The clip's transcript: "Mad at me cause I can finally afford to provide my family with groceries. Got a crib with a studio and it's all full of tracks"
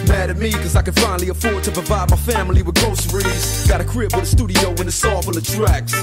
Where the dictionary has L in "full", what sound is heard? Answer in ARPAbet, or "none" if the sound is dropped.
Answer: N